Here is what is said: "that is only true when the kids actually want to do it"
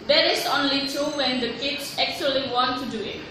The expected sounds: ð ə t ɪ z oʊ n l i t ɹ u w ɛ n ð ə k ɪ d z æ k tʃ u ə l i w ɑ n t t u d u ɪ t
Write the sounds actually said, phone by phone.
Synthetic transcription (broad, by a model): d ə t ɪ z oʊ n l i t u w ɛ n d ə k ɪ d s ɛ k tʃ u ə l i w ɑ n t t u d u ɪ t